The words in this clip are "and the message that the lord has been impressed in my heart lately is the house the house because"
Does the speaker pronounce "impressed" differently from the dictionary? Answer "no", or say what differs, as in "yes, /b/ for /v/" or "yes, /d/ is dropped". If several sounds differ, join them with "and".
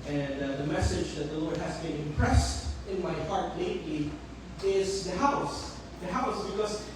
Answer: no